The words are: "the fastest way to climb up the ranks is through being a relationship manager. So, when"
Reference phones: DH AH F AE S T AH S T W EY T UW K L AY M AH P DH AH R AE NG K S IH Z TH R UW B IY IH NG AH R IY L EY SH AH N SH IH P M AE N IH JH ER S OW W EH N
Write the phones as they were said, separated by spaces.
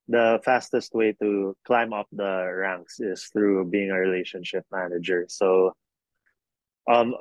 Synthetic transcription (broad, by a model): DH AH F AE S T AH S T W EY T UW K L AY M AH P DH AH R AE NG K S IH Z TH R UW B IY IH NG AH R IY L EY SH AH N SH IH P M AE N IH JH ER S OW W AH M